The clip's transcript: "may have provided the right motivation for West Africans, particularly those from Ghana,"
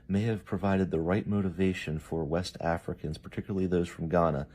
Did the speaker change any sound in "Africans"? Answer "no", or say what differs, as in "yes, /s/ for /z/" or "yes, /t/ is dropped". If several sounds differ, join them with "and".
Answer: no